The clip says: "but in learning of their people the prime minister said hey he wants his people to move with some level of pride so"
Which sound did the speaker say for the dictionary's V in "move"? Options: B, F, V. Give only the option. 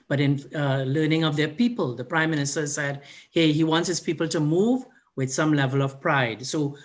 V